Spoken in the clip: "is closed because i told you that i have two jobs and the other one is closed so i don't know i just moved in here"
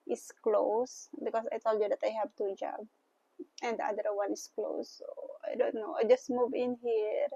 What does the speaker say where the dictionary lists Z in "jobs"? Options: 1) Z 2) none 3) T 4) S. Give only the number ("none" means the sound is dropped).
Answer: 2